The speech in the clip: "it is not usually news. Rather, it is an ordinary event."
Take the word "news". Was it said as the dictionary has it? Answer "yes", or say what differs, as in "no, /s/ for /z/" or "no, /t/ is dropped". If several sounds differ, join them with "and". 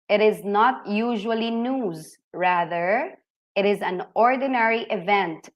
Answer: yes